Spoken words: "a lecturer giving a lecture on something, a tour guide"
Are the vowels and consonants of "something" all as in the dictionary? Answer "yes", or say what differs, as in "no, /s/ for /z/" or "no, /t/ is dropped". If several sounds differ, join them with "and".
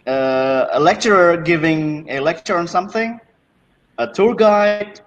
yes